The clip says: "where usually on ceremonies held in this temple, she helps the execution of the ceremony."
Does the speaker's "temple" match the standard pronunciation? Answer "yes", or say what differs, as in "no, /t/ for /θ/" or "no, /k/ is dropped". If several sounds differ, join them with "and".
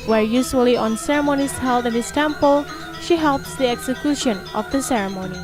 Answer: yes